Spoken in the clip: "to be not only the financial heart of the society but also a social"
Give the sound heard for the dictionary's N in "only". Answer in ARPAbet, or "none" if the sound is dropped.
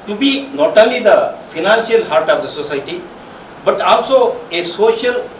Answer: none